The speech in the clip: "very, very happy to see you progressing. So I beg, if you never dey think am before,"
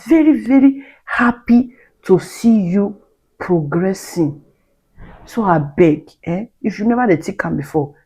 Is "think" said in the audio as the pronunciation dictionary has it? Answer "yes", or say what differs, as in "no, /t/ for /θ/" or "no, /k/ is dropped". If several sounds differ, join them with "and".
no, /t/ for /θ/ and /ŋ/ is dropped